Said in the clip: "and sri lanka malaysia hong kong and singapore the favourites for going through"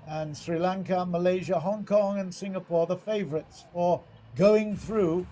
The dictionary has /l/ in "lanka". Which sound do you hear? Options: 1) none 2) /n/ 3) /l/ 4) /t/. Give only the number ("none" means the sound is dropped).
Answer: 3